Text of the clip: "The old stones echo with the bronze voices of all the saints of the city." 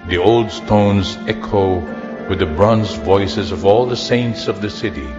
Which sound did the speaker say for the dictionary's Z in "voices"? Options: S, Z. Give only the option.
Z